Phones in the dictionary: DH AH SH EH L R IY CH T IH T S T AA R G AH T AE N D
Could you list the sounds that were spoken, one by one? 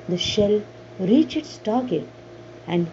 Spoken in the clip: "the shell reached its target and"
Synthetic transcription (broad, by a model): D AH SH EH L R IY CH IH T S T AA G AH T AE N D